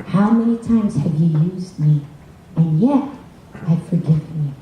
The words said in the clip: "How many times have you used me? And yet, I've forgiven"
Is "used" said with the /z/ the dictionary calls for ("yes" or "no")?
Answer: yes